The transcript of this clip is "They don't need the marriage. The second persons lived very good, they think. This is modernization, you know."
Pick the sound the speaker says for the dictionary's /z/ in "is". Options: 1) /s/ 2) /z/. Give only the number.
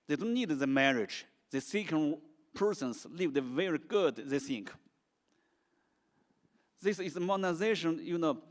1